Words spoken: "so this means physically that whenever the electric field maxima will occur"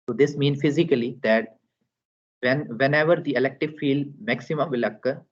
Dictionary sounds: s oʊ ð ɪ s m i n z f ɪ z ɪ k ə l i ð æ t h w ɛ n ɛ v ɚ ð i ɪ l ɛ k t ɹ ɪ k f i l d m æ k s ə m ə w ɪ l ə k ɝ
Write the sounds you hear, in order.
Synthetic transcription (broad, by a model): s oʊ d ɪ s m i n f ɪ z ɪ k ə l i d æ t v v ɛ n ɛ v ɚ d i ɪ l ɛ k t ɪ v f i l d m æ k s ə m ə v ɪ l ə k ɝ